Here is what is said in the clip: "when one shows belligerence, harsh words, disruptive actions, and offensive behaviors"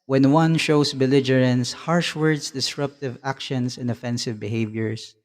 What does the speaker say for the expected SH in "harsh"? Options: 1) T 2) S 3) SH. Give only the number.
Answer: 3